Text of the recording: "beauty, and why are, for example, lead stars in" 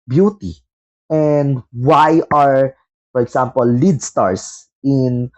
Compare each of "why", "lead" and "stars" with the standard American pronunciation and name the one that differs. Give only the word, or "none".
stars